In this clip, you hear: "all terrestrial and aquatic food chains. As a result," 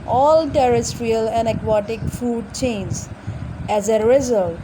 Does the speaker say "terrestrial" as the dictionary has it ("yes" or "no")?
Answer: yes